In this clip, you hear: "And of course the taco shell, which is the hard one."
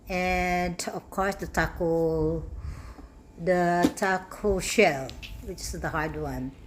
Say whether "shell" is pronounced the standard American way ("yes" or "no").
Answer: yes